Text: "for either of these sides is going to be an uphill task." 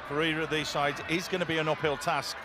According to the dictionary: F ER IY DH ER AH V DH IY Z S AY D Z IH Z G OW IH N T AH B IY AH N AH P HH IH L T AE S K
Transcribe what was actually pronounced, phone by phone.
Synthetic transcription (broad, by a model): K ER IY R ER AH DH IY Z S AY D Z IH Z G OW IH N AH B IY AH N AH P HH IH L T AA S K